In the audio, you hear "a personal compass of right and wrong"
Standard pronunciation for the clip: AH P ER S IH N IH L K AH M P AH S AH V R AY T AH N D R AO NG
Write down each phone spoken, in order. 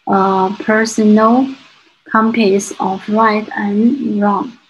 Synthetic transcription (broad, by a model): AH P ER S IH N IH L K AH M P AH S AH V L AY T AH N R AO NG